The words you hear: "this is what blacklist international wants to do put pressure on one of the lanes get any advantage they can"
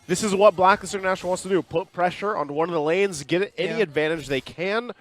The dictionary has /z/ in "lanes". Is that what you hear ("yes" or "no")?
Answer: yes